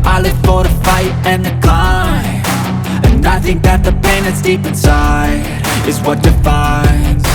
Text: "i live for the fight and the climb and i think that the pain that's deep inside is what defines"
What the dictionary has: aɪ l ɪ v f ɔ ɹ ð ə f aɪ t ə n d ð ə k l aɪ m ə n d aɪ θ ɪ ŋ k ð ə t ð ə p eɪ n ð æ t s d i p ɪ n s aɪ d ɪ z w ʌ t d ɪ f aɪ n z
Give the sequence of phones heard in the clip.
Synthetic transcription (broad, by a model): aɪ l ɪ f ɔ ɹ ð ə f aɪ t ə n ð ə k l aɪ ə n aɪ θ ɪ ŋ k ð ə t ð ə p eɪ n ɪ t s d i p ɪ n s aɪ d ɪ z w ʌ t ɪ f aɪ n